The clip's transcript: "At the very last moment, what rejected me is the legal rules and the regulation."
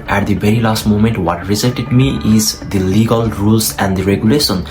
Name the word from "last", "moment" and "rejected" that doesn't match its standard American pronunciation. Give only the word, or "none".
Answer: rejected